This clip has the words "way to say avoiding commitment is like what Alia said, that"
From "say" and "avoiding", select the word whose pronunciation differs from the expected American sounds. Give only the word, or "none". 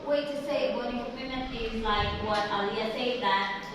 avoiding